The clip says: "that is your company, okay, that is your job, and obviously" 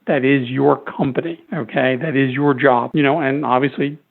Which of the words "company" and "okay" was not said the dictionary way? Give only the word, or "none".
none